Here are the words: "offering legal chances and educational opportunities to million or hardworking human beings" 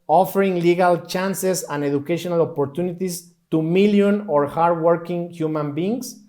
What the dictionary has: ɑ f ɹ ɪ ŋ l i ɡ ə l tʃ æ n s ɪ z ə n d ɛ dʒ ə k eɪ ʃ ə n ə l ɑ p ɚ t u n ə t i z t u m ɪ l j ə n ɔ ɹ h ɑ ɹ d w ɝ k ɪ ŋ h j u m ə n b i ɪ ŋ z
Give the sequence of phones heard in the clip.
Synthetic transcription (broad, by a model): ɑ f ɹ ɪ ŋ l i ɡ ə l tʃ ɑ n s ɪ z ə n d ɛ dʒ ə k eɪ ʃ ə n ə l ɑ p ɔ t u n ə t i s t u m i l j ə n ɔ ɹ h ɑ ɹ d w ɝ k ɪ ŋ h j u m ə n b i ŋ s